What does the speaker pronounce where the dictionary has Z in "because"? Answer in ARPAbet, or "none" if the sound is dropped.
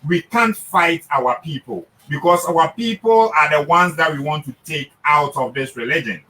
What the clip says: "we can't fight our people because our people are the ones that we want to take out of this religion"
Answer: S